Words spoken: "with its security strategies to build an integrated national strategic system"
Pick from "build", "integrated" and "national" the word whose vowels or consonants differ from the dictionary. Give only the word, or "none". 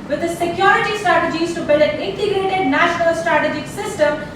build